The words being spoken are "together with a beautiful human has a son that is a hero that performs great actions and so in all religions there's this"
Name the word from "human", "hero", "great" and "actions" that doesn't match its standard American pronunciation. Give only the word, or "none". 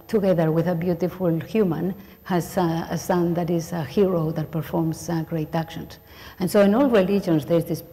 actions